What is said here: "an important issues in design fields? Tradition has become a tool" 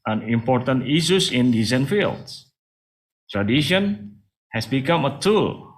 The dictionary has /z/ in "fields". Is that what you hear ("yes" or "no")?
no